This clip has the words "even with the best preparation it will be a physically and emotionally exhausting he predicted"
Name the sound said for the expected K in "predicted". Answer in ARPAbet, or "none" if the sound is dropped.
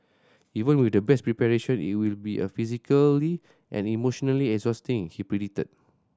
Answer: none